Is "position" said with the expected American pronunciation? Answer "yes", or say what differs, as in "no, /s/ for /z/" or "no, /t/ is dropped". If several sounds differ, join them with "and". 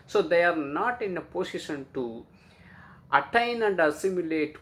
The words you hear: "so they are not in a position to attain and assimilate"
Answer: no, /s/ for /z/